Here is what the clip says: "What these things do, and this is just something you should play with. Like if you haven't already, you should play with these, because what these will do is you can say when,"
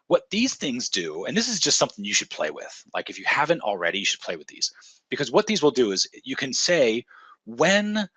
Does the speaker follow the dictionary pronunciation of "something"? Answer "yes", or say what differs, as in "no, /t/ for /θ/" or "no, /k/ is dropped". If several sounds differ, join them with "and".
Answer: yes